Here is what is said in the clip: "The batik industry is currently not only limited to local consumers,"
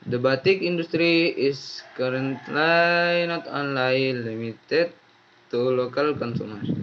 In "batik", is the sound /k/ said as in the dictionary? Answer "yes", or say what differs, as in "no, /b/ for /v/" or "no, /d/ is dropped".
yes